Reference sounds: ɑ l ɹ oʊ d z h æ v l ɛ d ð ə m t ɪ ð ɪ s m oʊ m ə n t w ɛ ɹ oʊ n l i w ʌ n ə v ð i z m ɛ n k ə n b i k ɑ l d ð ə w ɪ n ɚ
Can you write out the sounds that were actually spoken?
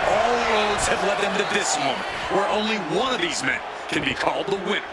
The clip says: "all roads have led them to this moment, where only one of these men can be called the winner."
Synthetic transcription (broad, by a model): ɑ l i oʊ d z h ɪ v l ɛ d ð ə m t ɪ ð ɪ s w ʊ m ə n w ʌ ɹ oʊ n l i w ʌ n ə v ð i z m ɛ n k ə n b i k ɑ l d ð ə w ɪ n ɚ